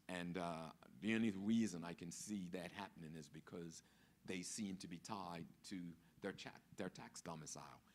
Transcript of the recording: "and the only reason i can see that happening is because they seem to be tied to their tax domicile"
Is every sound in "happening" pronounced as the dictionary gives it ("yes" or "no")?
yes